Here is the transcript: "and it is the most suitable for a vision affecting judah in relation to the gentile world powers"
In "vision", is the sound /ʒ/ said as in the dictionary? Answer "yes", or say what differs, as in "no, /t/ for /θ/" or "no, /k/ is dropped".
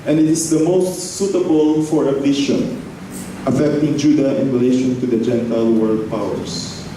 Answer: no, /ʃ/ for /ʒ/